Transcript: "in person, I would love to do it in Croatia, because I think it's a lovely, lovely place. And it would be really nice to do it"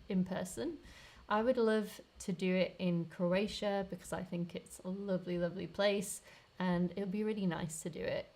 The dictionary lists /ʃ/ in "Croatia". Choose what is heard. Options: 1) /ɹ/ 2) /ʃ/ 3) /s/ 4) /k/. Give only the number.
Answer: 2